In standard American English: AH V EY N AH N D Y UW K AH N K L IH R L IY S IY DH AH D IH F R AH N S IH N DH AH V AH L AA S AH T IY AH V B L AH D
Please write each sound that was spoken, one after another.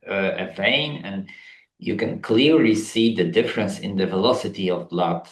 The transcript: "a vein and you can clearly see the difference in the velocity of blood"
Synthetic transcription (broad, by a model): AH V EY N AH N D Y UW K AH N K L IH R L IY S IY DH AH D IH F R AH N S IH N DH AH V AH L AA S AH T IY AH V L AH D